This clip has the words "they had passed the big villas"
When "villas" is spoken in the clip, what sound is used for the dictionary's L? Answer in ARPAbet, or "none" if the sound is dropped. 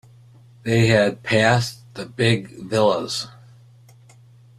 L